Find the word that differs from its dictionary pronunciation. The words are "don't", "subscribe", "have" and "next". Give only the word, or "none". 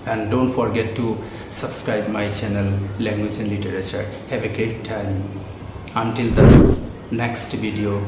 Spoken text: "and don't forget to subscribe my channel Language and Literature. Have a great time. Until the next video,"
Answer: have